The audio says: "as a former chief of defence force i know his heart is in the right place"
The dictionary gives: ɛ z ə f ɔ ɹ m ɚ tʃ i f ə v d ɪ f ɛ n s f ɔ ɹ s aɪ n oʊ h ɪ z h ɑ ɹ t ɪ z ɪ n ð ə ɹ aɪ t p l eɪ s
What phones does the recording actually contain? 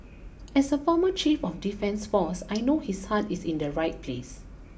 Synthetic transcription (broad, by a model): ɛ s ə f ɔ m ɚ tʃ i f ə f d ɪ f ɛ n s f ɔ s aɪ n oʊ h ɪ s h ɑ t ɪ s ɪ n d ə ɹ aɪ t p l eɪ s